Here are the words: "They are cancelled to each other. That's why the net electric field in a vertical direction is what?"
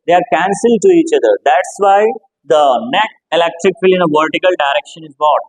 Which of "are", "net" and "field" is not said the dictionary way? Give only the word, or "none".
field